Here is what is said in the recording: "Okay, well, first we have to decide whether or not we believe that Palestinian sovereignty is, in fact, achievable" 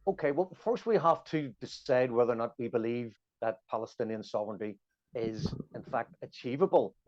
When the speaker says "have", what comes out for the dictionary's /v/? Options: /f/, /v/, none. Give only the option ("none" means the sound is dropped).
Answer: /f/